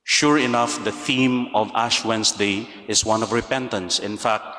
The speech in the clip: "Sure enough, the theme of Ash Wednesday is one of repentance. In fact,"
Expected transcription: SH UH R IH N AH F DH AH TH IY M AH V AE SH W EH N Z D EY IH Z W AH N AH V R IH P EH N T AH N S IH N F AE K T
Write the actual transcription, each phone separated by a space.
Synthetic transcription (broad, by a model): SH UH R IH N AH F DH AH TH IY M AH V AE SH W EH N S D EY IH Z W AH N AH V R IH P EH N T AH N S IH N F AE K T